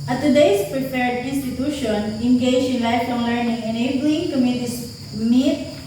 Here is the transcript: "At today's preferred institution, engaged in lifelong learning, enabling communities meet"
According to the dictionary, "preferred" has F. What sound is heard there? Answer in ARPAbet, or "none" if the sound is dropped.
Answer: P